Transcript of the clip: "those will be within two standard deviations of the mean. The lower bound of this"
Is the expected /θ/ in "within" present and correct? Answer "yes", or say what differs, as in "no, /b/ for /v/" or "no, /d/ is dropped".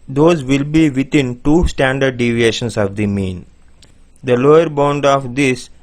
no, /t/ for /θ/